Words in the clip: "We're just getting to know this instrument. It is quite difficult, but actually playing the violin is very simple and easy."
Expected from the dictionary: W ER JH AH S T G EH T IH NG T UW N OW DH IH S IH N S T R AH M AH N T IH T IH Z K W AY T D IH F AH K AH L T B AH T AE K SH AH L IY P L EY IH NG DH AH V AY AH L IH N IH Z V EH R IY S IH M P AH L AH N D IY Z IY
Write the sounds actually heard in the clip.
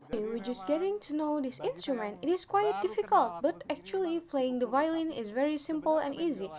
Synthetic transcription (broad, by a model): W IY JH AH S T G EH T IH NG T UW N OW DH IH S IH N S T R AH M AH N T IH T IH S K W AY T D IH F AH K AH L T B AH T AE K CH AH L IY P L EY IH NG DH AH V AY L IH N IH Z V EH R IY S IH M P AH L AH N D IY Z IY